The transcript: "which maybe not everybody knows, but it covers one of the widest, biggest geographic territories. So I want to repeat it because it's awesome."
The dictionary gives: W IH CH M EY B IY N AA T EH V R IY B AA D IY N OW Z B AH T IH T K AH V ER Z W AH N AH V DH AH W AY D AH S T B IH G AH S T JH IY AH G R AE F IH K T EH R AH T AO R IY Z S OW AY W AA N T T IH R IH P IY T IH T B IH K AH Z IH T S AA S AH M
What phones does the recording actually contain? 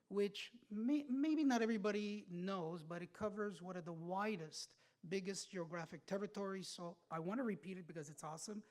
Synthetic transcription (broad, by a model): W IH CH M EY B IY N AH T EH V R IY B AA D IY N OW Z B AH T IH T K AH V ER Z W AH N AH V DH AH W AY D AH S T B IH G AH S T JH IY AH G R AE F IH K T EH R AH T AO R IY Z S OW AY W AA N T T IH R IH P IY T IH T B IH K AH Z IH T S AA S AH M